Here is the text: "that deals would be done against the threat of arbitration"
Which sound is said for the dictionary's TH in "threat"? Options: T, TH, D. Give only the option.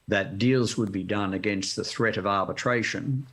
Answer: TH